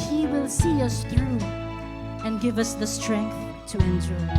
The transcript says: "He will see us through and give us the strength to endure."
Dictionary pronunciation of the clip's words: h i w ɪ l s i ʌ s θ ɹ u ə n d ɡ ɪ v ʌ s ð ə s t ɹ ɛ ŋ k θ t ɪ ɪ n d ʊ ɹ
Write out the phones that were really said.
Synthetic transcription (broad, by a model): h i w ɪ l s i ʌ s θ ɹ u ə n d ɡ ɪ v ʌ s ð ə s t ɹ ɛ ŋ k θ t ɪ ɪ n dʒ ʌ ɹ